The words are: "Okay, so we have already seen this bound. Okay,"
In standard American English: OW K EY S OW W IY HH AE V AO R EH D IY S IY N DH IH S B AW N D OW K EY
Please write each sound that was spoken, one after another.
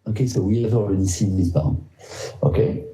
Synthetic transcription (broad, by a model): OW K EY S OW W IY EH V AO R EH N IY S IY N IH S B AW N OW K EY